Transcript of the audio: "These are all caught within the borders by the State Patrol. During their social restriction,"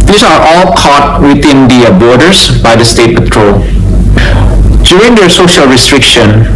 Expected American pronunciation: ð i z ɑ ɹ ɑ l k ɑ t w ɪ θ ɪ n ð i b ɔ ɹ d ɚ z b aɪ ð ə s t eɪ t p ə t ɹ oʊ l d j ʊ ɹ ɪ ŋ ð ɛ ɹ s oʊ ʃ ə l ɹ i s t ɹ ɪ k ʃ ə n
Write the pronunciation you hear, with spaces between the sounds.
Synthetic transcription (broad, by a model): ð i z ɑ ɹ ɑ l k ɑ t w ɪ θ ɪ n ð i b ɔ ɹ d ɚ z b aɪ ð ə s t eɪ t p ə t ɹ oʊ l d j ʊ ɹ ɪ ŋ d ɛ ɹ s oʊ ʃ ə l ɹ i s t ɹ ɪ k ʃ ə n